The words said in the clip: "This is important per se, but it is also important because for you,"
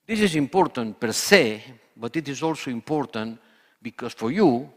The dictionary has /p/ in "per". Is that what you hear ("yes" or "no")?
yes